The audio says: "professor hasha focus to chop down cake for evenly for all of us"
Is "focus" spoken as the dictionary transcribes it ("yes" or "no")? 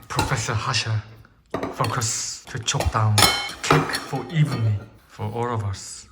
yes